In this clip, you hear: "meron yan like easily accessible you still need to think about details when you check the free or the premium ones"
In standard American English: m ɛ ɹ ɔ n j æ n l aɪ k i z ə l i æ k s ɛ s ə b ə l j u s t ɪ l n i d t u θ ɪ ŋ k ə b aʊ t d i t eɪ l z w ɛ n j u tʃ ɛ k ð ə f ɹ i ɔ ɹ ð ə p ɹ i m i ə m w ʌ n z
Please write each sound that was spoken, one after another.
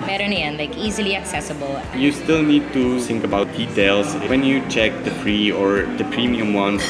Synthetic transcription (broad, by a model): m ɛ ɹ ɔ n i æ n l aɪ k i z ə l i æ k s ɛ s ə b ə l j u s t ɪ l n i d t u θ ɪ ŋ k ə b aʊ t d i t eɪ l s w ɛ n j u tʃ ɛ k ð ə p ɹ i ɔ ɹ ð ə p ɹ i m i ə m w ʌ n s